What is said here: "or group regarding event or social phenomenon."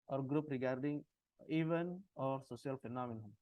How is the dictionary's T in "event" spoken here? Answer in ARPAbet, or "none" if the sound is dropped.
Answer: none